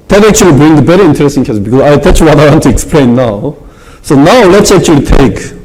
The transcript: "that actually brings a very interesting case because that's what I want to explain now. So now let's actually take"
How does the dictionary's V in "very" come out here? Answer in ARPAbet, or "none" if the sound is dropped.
B